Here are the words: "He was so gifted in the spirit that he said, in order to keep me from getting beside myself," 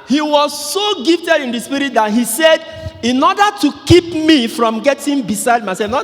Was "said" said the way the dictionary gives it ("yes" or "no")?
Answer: yes